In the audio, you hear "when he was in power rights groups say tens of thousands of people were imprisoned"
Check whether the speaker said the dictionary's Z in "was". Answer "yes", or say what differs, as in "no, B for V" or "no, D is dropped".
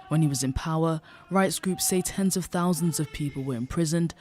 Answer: yes